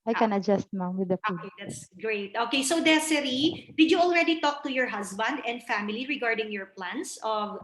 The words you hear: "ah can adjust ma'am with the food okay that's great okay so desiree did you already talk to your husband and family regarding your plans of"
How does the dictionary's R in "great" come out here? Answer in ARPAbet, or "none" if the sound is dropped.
R